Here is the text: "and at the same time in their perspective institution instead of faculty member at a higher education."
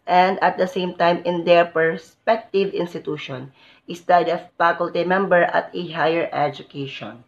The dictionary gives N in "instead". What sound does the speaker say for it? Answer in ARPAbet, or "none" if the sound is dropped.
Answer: none